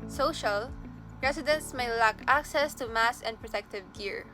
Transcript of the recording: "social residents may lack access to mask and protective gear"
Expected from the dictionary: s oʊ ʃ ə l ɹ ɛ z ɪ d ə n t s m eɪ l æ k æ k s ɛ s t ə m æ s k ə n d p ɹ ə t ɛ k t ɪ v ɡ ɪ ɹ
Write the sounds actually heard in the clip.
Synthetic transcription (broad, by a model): s oʊ ʃ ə l ɹ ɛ s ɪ d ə n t s m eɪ l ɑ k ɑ k s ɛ s t ə m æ s ə n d p ɹ ə t ɛ k t ɪ v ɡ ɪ ɹ